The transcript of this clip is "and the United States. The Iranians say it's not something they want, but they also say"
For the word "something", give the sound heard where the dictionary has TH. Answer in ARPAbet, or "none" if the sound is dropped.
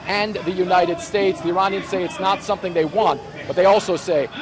TH